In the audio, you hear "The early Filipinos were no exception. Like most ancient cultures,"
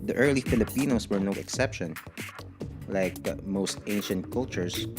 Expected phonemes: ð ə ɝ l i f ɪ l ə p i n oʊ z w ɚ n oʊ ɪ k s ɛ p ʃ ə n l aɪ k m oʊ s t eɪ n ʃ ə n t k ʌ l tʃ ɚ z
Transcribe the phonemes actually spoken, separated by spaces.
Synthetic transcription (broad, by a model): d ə ɝ l i f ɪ l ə p i n oʊ s w ɚ n oʊ ɪ k s ɛ p ʃ ə n l aɪ k m oʊ s t eɪ n ʃ ə n t k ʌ l tʃ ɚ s